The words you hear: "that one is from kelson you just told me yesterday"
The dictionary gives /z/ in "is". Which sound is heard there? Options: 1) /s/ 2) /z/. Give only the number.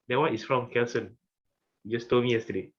1